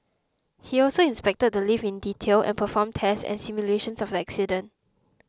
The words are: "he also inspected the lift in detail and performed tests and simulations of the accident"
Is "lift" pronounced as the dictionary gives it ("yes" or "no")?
no